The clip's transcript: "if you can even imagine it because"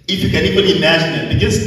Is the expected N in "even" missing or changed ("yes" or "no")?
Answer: yes